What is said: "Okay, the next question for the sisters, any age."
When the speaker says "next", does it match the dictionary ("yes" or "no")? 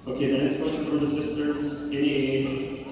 yes